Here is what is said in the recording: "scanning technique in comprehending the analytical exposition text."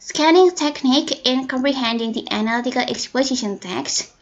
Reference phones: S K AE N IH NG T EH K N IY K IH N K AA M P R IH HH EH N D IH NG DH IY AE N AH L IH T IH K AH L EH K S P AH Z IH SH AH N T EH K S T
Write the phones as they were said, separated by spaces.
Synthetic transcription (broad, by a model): S K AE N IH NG T EH K N IY K IH N K AA M P R IH HH EH N D IH NG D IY AE N AH L IH T IH K AH L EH K S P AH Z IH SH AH N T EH K S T